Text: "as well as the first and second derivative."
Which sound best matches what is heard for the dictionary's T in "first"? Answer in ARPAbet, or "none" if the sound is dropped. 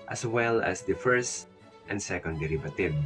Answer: T